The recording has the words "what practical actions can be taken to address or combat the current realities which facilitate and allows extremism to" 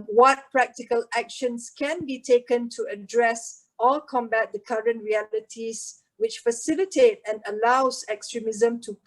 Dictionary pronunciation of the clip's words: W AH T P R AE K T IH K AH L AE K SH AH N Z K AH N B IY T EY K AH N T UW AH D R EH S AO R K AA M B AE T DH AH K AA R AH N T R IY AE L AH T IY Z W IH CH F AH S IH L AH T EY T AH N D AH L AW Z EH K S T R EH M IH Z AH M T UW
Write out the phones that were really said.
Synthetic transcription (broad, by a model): W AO T P R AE K T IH K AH L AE K SH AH N S K AH N B IY T EY K AH N T UW AH D R EH S AO L K AA M B AE T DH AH K AA R AH N T R IY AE L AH T IY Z W IH CH F AH S IH L AH T EY T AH N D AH L AW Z EH K S T R EH M IH Z AH M T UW